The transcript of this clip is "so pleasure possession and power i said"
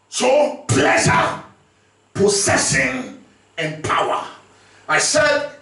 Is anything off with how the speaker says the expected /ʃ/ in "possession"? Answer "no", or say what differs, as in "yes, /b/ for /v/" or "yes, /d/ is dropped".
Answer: yes, /s/ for /ʃ/